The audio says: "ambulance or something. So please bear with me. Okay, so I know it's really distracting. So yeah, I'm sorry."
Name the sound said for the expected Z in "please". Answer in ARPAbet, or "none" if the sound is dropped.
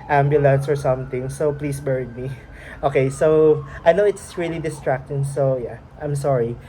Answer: S